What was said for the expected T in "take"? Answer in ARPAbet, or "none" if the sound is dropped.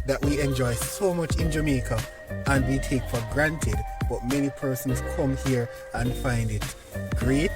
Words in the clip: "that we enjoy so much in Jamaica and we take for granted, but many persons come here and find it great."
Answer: T